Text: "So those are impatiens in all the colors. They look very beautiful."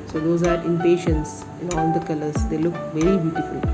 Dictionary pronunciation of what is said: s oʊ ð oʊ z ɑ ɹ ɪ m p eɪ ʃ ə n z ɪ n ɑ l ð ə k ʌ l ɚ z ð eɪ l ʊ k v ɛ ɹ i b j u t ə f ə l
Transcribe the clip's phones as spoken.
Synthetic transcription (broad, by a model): s oʊ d oʊ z ɑ ɹ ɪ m p eɪ ʃ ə n s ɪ l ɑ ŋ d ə k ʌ l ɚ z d eɪ l ʊ k v ɛ ɹ i b j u t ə f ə l